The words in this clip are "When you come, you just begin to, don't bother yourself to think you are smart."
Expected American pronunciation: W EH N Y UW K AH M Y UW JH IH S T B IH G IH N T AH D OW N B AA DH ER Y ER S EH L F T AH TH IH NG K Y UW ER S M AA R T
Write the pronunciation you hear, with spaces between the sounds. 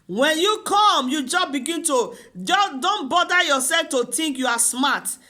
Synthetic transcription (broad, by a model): W EH N Y UW K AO M Y UW JH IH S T B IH G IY N T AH D OW N B AA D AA Y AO S EH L F T AH T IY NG K Y UW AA S M AA T